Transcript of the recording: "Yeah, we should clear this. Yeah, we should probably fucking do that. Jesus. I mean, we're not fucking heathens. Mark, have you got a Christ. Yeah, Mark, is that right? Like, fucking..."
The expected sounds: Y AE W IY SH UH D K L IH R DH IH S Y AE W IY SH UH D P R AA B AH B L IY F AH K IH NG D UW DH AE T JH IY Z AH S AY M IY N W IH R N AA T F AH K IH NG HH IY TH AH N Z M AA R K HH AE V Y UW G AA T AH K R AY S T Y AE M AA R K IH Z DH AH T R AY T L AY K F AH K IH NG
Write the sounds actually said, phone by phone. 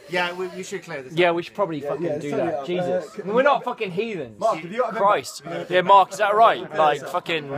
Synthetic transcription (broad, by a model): Y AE W IY SH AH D K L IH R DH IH Y AE W IY SH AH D P R AA B AH B L IY F AH K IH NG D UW DH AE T JH IY Z AH S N W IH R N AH T F AH K IH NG HH IY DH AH N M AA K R AA AH S T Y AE M AA R K IH Z DH AH T R AY T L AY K F AH K IH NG